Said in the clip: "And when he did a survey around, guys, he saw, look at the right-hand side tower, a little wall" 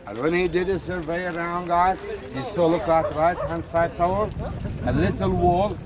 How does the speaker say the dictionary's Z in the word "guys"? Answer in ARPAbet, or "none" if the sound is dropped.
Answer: none